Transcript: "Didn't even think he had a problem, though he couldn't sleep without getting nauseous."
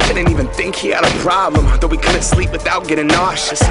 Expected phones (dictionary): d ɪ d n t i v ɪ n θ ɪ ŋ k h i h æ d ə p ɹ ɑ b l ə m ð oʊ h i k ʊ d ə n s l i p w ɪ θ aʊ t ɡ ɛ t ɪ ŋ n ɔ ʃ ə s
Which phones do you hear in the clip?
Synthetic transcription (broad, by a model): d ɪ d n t i v ɪ n θ ɪ ŋ k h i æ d ə p ɹ ɑ b l ə m ð oʊ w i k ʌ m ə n s l i p w ɪ θ aʊ t ɡ ɛ t ɪ ŋ n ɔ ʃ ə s